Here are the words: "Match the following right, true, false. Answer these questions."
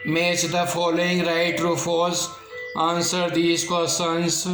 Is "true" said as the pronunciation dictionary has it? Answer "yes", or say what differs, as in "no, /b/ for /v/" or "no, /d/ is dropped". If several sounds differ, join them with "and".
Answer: yes